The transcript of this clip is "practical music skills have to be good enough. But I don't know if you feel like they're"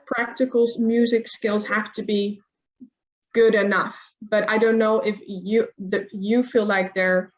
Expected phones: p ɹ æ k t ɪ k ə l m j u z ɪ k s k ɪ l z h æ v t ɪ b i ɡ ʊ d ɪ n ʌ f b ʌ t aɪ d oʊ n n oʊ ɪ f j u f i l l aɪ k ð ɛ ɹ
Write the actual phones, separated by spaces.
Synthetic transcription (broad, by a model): p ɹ æ k t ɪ k l m j u z ɪ k s k ɪ l z h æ f t ɪ b i ɡ ʊ d ɪ n ʌ f b ʌ t aɪ d oʊ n n oʊ ɪ f j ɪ f i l l aɪ k ð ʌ ɹ